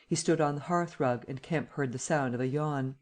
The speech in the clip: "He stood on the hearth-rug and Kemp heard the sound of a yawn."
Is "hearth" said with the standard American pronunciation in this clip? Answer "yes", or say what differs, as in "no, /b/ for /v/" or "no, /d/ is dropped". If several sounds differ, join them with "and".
yes